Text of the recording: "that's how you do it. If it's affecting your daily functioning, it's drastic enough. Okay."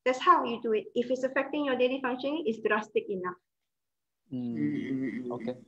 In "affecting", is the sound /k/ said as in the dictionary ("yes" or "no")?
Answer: yes